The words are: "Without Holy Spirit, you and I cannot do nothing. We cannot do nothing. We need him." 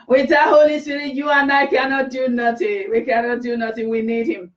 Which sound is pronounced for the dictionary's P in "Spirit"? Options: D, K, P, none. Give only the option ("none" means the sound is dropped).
none